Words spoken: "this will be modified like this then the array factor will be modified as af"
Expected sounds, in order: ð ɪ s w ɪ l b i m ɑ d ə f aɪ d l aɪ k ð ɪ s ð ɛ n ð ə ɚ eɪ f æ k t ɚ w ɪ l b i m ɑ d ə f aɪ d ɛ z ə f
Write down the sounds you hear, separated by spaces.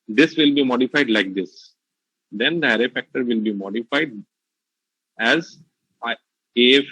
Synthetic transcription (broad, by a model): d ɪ s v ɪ l b i m ɑ d ə f aɪ d l aɪ k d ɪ s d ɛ n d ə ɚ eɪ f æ k t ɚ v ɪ l b i m ɑ d ə f aɪ d ɛ z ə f